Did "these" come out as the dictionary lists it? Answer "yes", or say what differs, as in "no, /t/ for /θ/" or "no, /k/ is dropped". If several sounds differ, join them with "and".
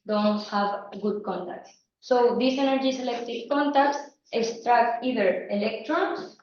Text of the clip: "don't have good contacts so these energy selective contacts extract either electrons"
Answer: no, /s/ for /z/